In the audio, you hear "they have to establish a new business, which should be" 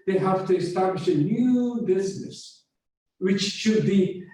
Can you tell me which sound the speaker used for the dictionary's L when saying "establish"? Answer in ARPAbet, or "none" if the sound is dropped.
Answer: L